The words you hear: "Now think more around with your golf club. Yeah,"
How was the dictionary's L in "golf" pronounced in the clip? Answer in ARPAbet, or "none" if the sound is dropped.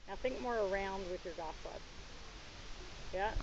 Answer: none